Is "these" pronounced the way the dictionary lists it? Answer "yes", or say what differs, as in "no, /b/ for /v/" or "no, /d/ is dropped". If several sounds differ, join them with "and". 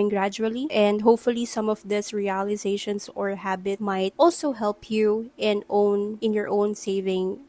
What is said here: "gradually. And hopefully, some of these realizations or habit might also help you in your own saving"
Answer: no, /s/ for /z/